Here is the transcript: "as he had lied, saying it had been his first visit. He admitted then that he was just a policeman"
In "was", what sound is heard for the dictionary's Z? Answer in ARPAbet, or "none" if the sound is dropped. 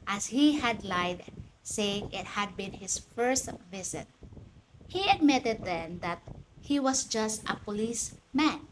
S